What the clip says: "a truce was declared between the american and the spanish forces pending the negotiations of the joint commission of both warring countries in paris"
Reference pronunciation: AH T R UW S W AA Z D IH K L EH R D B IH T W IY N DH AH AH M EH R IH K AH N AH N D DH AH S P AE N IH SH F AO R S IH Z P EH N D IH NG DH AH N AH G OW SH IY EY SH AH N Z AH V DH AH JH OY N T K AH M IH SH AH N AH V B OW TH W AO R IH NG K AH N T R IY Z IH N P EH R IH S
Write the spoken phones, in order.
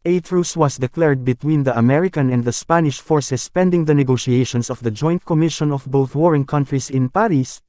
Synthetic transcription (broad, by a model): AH T R UW S W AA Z D IH K L EH R D B IH T W IY N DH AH AH M EH R IH K AH N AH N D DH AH S P AE N IH SH F AO R S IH S P EH N D IH NG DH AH N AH G OW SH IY EY SH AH N S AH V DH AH JH OY N T K AH M IH SH AH N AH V B OW TH W AO R IH NG K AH N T R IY S IH N P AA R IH S